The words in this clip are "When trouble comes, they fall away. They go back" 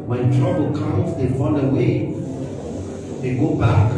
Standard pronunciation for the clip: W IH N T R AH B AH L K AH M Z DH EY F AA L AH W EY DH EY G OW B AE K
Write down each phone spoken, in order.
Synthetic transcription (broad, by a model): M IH T R AH B AH L K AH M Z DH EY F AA N AH W EY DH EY G OW B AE K